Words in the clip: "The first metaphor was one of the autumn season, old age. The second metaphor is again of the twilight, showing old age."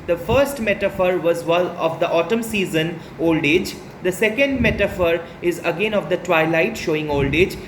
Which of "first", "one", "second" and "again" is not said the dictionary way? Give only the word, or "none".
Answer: one